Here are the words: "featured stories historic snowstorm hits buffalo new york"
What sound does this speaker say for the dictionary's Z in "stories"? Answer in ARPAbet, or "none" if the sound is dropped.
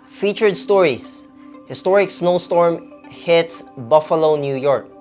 S